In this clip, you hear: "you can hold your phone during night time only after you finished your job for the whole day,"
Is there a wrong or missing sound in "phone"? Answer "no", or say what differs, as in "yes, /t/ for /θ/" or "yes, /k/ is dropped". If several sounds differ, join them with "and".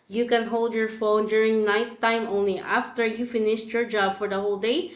no